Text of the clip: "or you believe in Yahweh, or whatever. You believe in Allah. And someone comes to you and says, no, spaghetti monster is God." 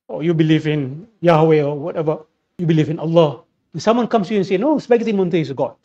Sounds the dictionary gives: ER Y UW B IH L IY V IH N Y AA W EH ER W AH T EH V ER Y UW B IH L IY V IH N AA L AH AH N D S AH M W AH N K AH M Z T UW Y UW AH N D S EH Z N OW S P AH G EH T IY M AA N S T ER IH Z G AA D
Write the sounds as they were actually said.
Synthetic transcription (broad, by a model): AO Y UW B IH L IY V IH N Y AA W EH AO W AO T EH V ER Y UW B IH L IY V IH N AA L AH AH N S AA M W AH N K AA M S T UW Y UW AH N S EH N OW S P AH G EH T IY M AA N T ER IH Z G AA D